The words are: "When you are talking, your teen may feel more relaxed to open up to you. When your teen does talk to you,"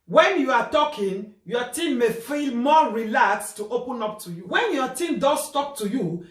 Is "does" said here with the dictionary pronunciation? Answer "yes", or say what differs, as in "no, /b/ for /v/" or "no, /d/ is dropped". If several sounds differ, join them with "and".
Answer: no, /s/ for /z/